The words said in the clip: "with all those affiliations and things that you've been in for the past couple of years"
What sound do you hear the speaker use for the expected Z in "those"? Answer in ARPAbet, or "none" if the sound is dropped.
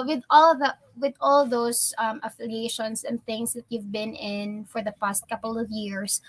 S